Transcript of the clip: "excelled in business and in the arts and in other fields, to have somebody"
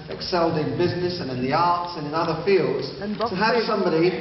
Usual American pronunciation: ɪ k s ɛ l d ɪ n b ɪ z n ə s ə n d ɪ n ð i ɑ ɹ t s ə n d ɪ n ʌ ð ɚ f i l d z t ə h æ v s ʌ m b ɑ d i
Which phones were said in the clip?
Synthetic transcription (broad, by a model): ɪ k s ɛ l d ɪ n b ɪ z n ə s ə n ɪ n ð i ɑ ɹ t s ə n ɪ n ʌ ð ɚ f i l d z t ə h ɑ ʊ s ʌ m b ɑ d i